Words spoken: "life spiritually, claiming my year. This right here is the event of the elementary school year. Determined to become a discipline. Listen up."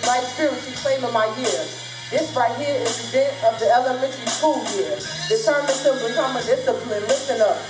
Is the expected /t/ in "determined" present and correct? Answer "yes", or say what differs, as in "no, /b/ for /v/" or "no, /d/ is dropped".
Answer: no, /s/ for /t/